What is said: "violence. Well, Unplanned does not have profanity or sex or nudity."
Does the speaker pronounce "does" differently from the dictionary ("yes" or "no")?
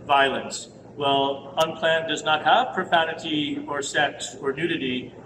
no